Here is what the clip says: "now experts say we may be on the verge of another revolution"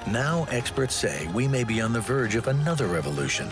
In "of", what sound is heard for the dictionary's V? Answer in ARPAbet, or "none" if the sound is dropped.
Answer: V